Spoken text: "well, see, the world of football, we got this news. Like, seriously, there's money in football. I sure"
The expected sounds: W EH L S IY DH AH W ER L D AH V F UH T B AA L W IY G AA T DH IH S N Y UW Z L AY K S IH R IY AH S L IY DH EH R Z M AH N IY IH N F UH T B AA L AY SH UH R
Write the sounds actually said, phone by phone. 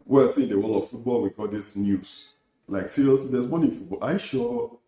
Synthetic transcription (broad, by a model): W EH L S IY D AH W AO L AH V F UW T B AA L W IY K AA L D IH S N Y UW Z L AY K S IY R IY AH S L IY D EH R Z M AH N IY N F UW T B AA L AY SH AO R